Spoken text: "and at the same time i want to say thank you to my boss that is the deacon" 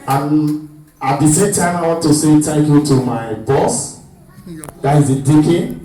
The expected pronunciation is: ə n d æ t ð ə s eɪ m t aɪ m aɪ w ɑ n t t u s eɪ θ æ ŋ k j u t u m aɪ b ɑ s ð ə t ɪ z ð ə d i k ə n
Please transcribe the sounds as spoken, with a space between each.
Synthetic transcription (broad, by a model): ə n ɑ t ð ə s eɪ m t aɪ m aɪ w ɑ n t t u s eɪ t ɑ k j u t u m aɪ b ɑ s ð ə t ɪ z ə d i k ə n